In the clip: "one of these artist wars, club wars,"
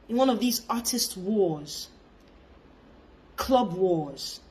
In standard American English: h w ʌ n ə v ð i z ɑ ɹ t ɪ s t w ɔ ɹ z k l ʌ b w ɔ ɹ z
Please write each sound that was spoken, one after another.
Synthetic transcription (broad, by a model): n w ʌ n ə v ð i z ɑ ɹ t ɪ s t w ɔ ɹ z k l ʌ b w ɔ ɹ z